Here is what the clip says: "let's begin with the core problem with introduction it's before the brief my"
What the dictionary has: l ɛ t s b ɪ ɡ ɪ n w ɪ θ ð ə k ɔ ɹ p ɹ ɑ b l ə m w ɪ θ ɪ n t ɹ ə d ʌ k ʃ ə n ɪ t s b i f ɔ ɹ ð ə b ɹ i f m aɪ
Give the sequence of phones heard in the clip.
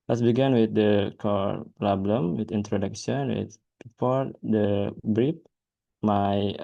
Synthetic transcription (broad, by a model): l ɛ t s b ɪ ɡ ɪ n w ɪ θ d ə k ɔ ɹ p l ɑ b l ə m w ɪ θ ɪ n t ɹ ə d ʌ k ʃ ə n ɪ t b i f ɔ ɹ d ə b ɹ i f m aɪ